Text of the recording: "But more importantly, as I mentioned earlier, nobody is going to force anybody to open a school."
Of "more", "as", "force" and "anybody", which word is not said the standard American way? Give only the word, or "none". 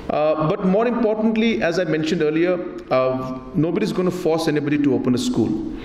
none